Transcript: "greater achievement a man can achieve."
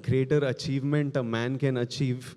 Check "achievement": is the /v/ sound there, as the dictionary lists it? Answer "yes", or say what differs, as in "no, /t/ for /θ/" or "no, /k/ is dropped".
yes